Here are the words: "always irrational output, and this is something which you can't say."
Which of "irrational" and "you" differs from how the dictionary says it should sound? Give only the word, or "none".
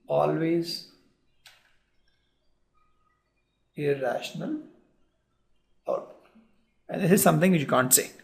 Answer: none